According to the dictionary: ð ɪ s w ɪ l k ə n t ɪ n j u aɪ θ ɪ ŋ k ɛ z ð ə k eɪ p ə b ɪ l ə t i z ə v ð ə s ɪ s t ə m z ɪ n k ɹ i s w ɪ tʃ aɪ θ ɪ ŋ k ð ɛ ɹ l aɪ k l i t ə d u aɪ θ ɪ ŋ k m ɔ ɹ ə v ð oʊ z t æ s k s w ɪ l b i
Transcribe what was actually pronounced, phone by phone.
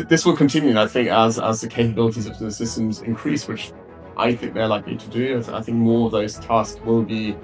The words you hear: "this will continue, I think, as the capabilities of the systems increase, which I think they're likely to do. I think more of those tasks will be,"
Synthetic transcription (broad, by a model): ð ɪ s w ɪ l k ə n t ɪ n j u aɪ θ ɪ ŋ k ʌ z ð ə k eɪ p ə b ɪ l ə t i z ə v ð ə s ɪ s t ə m z ɪ n k ɹ i s w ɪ tʃ aɪ θ ɪ ŋ k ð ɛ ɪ l aɪ k l i t ə d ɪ aɪ θ ɪ ŋ k m ɔ ɹ ə v ð oʊ z t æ s k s w ɪ l b i